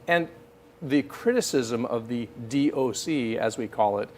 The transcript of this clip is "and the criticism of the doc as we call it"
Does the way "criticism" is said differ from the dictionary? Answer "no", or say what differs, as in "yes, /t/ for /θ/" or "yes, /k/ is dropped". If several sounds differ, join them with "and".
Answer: no